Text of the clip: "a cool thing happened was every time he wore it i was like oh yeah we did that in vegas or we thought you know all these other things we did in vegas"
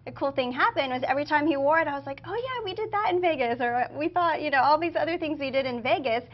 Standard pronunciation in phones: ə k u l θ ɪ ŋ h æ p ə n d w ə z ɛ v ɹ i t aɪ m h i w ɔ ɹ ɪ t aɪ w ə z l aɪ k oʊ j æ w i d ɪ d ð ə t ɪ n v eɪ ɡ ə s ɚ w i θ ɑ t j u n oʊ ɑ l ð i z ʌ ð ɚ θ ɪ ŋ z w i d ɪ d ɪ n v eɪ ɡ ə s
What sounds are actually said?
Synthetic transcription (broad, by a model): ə k u l θ ɪ ŋ h æ p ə n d w ə z ɛ v ɹ i t aɪ m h i w ɔ ɹ ɪ t aɪ w ə z l aɪ k oʊ j æ w i d ɪ d ð ə t ɪ n v eɪ ɡ ə s ɚ w i θ ɑ t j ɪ n oʊ ɑ l ð i z ʌ ð ɚ θ ɪ ŋ z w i d ɪ d ɪ n v eɪ ɡ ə s